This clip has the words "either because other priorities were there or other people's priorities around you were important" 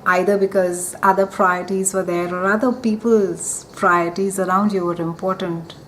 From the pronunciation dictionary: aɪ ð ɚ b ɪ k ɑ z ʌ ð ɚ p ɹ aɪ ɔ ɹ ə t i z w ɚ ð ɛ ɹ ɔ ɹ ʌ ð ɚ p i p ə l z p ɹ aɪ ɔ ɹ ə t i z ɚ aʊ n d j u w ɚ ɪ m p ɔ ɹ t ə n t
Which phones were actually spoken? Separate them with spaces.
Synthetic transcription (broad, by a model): aɪ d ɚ b ɪ k ɑ z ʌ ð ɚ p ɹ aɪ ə t i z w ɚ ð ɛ ɹ ɔ ɹ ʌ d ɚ p i p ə l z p ɹ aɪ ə t i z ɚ aʊ n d j u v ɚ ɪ m p ɔ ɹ t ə n t